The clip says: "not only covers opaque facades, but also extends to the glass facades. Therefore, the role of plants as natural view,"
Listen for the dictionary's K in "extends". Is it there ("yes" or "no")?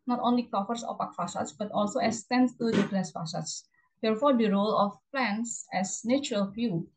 no